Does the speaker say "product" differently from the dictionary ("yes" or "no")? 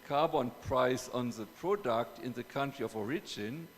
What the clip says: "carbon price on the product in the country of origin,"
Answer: no